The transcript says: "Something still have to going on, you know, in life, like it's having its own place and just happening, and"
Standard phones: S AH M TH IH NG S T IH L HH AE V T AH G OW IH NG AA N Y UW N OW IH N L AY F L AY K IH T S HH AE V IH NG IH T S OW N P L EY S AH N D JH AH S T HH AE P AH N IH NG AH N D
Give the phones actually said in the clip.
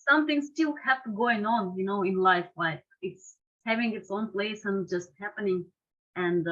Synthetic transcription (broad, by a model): S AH M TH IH NG S T IH L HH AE F T AH G OW IH NG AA N Y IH N OW IH N L AY F L AY K IH T S HH AE V IH NG IH T S OW N P L EY S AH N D JH AH S T HH AE P AH N IH NG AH N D